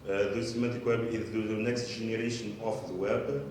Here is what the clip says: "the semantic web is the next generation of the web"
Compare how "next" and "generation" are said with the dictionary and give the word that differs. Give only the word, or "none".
generation